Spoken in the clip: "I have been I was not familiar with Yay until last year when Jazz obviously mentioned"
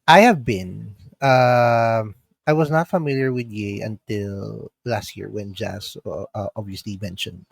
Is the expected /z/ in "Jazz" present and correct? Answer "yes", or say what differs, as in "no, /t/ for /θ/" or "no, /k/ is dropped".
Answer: no, /s/ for /z/